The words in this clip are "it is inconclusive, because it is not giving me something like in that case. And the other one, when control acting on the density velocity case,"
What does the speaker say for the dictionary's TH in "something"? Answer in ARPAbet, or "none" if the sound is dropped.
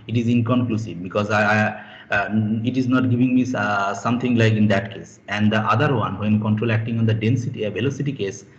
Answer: T